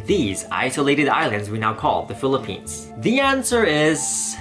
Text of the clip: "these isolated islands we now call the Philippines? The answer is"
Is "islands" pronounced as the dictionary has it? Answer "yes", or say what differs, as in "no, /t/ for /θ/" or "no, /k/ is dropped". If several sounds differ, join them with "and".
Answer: yes